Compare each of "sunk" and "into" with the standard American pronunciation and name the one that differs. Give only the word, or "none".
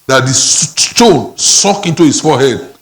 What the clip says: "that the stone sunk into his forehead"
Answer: sunk